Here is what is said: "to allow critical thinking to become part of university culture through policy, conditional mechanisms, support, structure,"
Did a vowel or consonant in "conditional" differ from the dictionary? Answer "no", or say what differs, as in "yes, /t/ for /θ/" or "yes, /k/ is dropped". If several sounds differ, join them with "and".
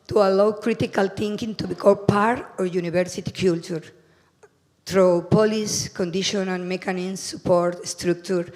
yes, /n/ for /l/